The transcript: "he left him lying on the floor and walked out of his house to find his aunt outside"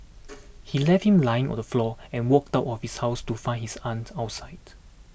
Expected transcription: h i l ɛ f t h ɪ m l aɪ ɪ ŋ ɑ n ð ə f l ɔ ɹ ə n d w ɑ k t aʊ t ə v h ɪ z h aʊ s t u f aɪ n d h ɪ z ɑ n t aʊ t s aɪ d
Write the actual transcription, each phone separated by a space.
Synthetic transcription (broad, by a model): h i l ɛ f t h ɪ m l aɪ ɪ ŋ ɑ n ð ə f l ɔ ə n w ɑ k t aʊ t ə f h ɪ s h aʊ s t u f aɪ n h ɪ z ɑ n t aʊ t s aɪ d